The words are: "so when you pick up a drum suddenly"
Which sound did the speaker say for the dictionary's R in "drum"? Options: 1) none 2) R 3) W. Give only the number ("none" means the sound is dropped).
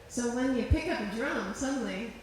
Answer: 2